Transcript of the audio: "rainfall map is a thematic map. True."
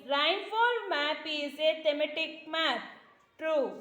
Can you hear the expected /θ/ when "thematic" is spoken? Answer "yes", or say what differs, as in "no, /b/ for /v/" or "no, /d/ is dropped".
no, /t/ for /θ/